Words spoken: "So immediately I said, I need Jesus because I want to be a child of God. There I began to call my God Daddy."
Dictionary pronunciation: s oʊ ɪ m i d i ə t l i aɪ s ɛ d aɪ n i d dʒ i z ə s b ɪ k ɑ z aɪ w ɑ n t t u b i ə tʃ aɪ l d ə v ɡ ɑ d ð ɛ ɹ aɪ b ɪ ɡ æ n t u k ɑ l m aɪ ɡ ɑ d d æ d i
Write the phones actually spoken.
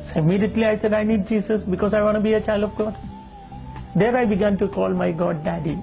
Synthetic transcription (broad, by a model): s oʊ ɪ m i d i ə t l i aɪ s ɛ d aɪ n i d dʒ i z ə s b ɪ k ɑ z aɪ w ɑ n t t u b i ə tʃ aɪ l d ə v ɡ ɑ d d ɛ ɹ aɪ b ɪ ɡ æ n t u k ɑ l m aɪ ɡ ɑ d d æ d i